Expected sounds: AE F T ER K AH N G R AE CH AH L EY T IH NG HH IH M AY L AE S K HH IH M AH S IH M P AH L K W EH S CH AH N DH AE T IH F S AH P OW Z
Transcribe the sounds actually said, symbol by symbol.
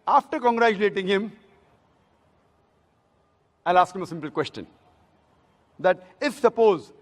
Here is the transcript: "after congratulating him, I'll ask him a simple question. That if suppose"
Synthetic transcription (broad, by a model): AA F T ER K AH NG G R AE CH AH L EY T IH NG HH IH M AY L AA S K HH IH M AH S IH M P AH L K W EH S CH AH N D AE T IH F S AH P OW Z